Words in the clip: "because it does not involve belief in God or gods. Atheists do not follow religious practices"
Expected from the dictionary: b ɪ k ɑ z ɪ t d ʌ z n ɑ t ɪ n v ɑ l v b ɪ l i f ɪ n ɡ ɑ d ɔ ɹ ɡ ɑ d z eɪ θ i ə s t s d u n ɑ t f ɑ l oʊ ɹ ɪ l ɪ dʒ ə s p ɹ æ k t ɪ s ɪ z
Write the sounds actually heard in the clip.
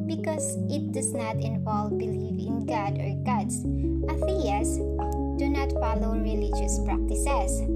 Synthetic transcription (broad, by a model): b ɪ k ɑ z ɪ t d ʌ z n ɑ t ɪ n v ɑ l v b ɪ l i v ɪ n ɡ ɑ d ɔ ɹ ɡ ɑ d s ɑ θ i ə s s d u n ɑ t f ɑ l oʊ ɹ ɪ l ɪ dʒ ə s p ɹ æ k t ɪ s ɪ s